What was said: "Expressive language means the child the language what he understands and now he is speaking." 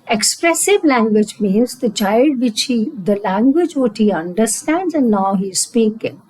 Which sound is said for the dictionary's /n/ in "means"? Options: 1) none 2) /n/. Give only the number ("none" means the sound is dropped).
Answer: 2